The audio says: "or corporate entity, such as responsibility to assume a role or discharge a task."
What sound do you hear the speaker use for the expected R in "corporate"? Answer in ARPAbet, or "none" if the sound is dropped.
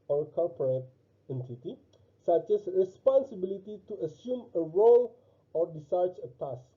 L